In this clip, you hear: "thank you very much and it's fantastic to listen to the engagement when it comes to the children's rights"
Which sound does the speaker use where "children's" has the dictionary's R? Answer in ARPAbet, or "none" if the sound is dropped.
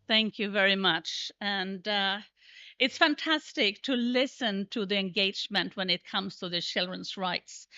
R